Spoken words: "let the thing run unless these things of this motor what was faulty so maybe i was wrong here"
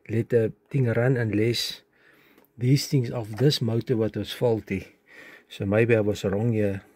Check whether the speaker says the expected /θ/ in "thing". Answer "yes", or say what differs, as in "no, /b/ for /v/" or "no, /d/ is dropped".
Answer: no, /t/ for /θ/